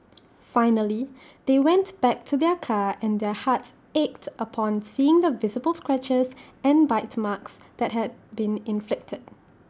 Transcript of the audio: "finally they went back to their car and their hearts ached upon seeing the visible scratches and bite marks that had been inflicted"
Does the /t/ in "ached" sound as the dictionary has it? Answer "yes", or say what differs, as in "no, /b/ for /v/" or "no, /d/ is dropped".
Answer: yes